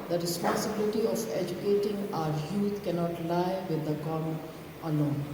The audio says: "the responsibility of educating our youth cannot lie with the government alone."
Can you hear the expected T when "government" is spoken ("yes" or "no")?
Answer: no